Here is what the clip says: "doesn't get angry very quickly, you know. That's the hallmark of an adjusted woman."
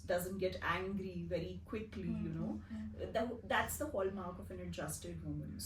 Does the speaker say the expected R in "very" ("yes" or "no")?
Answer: yes